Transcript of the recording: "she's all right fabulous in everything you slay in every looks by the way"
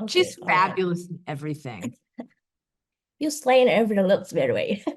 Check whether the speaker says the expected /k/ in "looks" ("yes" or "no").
no